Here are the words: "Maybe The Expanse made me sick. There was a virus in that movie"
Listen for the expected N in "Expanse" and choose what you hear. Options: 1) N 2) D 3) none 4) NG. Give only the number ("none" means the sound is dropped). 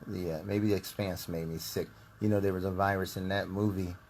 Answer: 1